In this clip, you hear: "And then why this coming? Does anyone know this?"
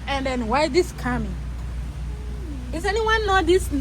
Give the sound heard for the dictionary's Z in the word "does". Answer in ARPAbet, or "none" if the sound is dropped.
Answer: S